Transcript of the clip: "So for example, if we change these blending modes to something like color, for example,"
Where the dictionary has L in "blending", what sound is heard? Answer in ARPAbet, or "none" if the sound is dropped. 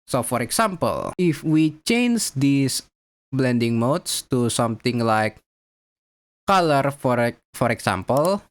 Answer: L